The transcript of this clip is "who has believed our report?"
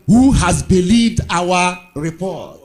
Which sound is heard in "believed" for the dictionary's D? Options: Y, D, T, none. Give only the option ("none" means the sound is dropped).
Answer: D